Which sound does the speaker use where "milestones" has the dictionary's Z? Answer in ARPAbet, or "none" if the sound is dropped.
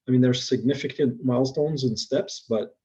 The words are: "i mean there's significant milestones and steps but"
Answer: Z